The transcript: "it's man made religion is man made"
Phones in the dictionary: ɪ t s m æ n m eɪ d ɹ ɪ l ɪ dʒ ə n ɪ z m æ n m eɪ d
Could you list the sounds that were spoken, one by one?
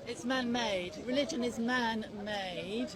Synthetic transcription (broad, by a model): ɪ t s m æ n m eɪ d ɹ ɪ l ɪ dʒ ə n ɪ z m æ n m eɪ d